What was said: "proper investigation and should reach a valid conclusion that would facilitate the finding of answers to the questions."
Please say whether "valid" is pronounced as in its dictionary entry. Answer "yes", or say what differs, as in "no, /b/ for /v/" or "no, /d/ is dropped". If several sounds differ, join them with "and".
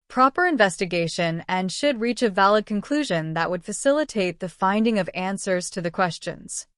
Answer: yes